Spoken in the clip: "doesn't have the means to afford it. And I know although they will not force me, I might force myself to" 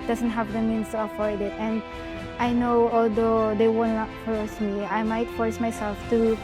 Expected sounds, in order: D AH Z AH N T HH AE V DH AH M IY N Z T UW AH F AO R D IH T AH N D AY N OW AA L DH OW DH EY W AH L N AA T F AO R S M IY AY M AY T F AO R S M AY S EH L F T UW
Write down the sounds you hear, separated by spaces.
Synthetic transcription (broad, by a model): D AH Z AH N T HH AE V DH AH M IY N S T UW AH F AO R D IH T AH N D AY N OW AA L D OW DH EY W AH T N AA T F AO R S M IY AY M AY T F AO R S M AY S EH L F T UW